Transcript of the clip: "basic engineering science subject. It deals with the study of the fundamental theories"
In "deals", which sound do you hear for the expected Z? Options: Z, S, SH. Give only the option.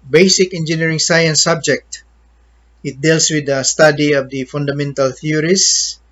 S